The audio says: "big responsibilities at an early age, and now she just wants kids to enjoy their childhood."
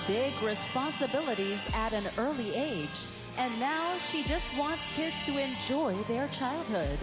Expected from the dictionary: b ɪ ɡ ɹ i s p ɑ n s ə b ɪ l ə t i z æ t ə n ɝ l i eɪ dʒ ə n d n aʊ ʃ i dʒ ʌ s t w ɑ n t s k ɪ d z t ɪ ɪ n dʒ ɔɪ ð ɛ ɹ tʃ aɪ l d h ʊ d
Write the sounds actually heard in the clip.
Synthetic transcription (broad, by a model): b ɪ ɡ ɹ i s p ɑ n s ə b ɪ l ə t i z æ t ə n ɝ l i eɪ dʒ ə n n aʊ ʃ i dʒ ʌ s t w ɑ n t s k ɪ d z t ɪ ɪ n dʒ ɔɪ ð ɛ ɹ tʃ aɪ l d h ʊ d